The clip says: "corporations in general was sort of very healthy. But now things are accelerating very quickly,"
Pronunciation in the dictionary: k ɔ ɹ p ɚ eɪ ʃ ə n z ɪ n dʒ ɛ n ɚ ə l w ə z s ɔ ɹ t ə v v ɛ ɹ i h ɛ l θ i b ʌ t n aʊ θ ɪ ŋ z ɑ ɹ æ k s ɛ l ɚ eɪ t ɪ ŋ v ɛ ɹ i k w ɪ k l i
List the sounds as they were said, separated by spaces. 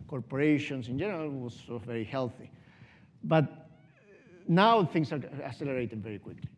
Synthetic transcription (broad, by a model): k ɔ ɹ p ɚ eɪ ʃ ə n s ɪ n dʒ ɛ n ɚ ə l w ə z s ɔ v v ɛ ɹ i h ɛ l θ i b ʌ t n aʊ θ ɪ ŋ s ɑ ɹ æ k s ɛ l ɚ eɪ t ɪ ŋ v ɛ ɹ i k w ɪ k l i